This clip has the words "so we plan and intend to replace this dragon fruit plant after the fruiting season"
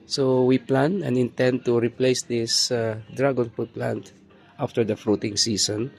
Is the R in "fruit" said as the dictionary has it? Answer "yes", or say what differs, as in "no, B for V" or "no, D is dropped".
no, R is dropped